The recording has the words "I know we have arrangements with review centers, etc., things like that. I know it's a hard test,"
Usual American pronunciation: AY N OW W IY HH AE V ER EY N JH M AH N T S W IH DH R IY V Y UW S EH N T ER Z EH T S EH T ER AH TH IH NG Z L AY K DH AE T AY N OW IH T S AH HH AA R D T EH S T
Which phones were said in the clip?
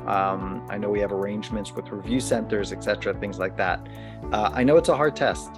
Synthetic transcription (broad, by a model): AY N OW W IY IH V ER EY N JH M AH N T S W IH DH R IY V Y UW S EH N T ER Z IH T S EH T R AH TH IH NG Z L AY K DH AE T AY N OW IH T S AH HH AA R D T EH S T